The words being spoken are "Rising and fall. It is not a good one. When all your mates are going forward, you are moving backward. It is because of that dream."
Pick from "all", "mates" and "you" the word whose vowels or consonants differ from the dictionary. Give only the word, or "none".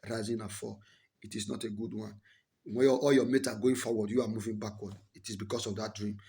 mates